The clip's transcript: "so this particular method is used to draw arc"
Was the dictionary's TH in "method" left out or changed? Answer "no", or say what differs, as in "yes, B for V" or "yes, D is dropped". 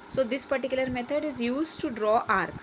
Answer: yes, T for TH